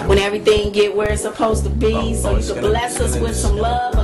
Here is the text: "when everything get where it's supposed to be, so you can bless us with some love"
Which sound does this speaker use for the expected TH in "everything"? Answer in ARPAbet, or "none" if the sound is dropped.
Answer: TH